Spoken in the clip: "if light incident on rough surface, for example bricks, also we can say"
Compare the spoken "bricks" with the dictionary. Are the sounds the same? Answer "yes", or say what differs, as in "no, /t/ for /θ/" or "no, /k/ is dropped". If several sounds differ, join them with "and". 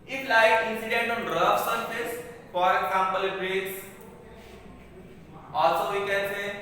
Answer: no, /k/ is dropped